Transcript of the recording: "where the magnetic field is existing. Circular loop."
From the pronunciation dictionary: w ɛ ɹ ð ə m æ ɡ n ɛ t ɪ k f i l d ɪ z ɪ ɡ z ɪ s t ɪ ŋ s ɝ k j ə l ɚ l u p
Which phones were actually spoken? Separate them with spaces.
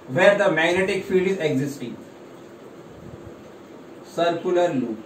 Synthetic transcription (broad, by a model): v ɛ ɹ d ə m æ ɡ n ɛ t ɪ k f i l d ɪ z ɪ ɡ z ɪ s t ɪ ŋ s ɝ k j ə l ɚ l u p